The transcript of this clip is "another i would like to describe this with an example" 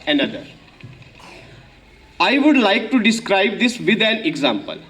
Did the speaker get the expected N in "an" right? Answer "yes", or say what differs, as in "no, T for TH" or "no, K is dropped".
no, L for N